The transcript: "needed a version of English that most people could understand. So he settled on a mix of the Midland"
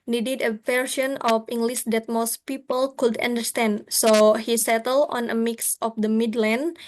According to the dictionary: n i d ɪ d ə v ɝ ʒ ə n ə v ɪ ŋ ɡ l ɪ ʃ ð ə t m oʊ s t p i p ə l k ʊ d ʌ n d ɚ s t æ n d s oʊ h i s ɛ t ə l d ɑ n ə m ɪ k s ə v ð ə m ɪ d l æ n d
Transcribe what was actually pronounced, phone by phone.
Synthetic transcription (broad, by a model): n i d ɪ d ə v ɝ s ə n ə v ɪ ŋ ɡ l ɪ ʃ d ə t m oʊ s t p i p ə l k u d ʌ n d ɚ s t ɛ n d s oʊ h i s ɛ t ə l d ɑ n ə m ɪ k s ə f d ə m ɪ d l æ n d